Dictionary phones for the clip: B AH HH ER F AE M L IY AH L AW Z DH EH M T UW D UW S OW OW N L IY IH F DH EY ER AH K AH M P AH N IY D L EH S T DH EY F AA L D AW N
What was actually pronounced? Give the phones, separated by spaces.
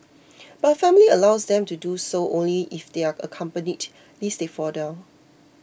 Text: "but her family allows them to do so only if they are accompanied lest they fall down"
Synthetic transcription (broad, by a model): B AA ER F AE M L IY AH L AW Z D EH M T UW D UW S OW OW N L IY IH F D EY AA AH K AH M P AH N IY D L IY S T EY F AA D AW